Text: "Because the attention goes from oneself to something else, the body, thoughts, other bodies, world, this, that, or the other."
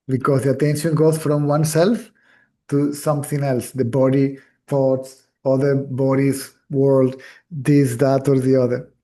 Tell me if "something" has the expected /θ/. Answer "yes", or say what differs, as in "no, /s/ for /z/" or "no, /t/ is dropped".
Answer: no, /t/ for /θ/